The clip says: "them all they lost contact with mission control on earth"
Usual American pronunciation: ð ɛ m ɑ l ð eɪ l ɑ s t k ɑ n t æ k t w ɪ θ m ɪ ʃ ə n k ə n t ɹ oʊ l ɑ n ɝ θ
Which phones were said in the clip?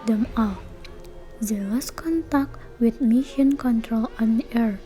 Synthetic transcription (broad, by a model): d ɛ m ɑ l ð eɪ w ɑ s k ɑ n t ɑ k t w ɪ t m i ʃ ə n k ə n t ɹ oʊ l ɑ n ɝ